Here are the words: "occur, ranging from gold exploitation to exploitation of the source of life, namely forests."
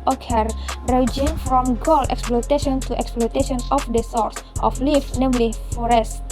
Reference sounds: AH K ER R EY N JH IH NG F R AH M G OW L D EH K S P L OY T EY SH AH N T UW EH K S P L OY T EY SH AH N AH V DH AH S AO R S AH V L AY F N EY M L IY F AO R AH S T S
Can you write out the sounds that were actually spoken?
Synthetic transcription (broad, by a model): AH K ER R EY JH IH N F R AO M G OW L EH K S P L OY T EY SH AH N T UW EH K S P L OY T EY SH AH N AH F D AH S AO R S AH F L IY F N EY M L IY F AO R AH S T